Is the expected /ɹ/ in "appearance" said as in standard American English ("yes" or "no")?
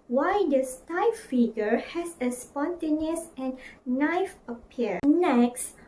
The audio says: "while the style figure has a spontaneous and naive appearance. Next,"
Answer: no